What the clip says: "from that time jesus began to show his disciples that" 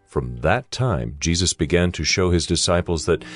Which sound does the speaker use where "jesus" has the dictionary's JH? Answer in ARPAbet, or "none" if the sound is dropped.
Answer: JH